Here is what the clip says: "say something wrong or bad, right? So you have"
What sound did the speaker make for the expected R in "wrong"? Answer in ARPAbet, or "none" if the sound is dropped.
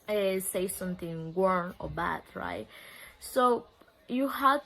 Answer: W